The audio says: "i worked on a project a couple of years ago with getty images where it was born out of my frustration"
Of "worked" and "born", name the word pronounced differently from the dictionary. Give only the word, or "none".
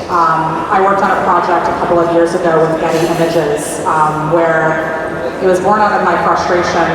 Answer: none